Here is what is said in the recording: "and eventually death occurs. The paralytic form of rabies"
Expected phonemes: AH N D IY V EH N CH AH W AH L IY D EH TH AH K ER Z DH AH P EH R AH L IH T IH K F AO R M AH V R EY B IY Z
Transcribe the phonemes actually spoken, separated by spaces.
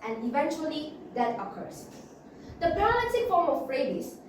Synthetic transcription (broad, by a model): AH N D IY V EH N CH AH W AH L IY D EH T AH K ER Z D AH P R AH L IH S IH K F AO R M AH P R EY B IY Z